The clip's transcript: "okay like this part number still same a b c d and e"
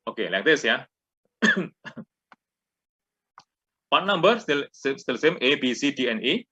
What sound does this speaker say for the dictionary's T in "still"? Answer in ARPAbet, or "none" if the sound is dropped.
S